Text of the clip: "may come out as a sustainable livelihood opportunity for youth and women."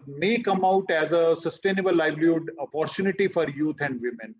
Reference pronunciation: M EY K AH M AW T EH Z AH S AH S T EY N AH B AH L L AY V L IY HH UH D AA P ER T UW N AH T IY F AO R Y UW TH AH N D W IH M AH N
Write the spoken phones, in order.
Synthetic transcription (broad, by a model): M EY K AH M AW T EH Z AH S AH S T EY N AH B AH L L AY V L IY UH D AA P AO T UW N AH T IY F AO R Y UW T AH N D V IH M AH N